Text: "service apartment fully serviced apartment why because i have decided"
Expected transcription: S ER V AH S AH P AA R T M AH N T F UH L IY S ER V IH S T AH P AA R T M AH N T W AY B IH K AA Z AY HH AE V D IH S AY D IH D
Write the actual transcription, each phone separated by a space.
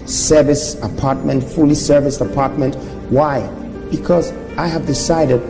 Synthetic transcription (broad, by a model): S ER V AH S AH P AA R T M AH N T F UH L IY S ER V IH S AH P AA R T M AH N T W AY B IH K AA Z AY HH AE V D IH S AY D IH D